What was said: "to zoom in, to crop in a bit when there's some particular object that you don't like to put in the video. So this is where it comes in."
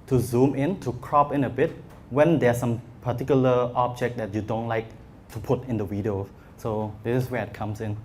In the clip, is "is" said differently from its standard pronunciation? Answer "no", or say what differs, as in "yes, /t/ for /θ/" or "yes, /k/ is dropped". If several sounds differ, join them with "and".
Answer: yes, /s/ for /z/